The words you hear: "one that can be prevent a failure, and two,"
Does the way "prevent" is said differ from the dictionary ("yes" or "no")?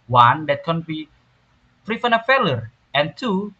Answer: yes